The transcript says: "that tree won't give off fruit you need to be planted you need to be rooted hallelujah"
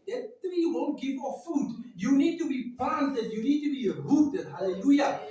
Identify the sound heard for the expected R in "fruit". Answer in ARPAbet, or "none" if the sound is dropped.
none